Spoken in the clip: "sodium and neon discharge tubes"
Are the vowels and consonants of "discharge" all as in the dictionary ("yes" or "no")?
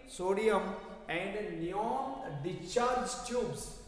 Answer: no